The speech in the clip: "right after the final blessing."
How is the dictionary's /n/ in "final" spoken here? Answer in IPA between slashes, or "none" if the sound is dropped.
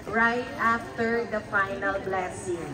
/n/